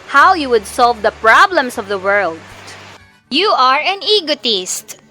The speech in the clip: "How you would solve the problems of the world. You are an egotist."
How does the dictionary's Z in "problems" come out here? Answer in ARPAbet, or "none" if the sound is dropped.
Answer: S